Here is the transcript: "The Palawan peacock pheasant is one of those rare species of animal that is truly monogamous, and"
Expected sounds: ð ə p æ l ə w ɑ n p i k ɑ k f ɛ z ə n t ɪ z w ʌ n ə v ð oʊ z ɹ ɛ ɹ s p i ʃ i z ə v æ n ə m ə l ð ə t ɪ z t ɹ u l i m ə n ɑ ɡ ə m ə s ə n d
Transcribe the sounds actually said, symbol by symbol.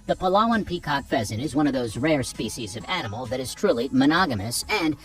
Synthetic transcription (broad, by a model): ð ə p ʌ l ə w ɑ n p i k ɑ k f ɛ z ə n ɪ z w ʌ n ə v ð oʊ z ɹ ɛ ɹ s p i ʃ i z ə v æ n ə m l ð ə t ɪ z t ɹ u l i m ə n ɑ ɡ ə m ə s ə n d